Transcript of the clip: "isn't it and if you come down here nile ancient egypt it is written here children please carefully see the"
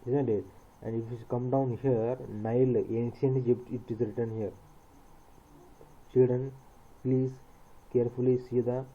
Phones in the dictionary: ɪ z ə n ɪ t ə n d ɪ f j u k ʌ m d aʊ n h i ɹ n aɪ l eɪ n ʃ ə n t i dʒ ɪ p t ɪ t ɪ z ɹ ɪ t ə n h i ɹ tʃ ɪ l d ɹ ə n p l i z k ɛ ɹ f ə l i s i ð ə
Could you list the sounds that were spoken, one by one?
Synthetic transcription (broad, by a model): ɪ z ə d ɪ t ə n d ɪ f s k ʌ m d aʊ n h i ɹ n aɪ l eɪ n s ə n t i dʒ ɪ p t ɪ t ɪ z ɹ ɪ t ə n h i ɹ tʃ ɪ l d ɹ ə n p l i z k ɛ ɹ f ə l i s i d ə